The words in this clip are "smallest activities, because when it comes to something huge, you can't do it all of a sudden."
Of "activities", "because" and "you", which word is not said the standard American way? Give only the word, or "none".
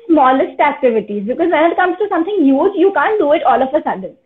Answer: none